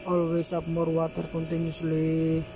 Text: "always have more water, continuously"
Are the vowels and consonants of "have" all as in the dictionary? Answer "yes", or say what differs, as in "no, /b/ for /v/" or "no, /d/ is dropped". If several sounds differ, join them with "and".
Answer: no, /p/ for /v/